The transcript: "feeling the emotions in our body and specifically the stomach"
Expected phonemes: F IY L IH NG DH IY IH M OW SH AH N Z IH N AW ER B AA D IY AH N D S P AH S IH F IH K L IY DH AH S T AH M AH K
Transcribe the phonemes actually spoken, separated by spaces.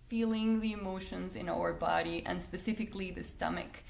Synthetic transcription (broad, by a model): F IY L IH NG DH IY IH M OW SH AH N Z IH N AW ER B AA D IY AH N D S P AH S IH F IH K L IY DH AH S T AH M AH K